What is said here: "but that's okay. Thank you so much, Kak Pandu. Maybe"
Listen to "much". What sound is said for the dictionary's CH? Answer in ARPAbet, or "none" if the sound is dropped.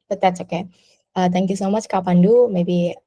CH